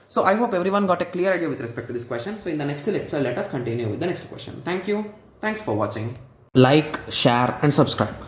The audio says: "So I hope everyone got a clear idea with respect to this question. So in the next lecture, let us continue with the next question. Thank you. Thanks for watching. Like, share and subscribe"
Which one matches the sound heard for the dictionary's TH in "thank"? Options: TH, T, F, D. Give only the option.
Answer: T